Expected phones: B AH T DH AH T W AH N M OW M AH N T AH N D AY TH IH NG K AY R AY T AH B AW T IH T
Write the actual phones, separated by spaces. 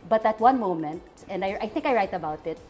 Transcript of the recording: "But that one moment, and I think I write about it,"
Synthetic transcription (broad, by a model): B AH T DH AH T W AH N M OW M AH N T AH N D AY TH IH NG K AY R AY T AH B AW T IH T